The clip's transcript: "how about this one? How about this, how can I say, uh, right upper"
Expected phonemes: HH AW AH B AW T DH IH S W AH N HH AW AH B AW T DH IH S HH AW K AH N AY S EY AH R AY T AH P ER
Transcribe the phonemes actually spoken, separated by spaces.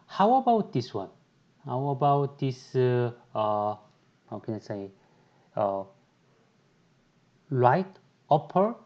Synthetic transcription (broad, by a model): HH AW AH B AW T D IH S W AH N HH AW AH B AW T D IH S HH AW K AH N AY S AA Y L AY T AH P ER